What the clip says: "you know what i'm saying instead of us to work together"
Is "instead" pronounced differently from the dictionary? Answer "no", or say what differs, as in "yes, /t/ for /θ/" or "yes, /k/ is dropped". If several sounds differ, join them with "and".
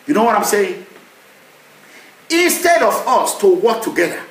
no